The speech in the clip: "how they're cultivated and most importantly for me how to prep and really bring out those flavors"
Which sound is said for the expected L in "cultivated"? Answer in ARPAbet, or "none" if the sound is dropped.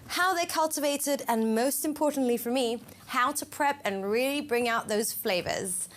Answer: L